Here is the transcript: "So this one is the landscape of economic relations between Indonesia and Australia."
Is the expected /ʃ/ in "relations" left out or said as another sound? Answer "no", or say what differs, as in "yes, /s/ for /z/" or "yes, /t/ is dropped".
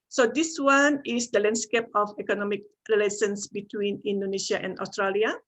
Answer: yes, /s/ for /ʃ/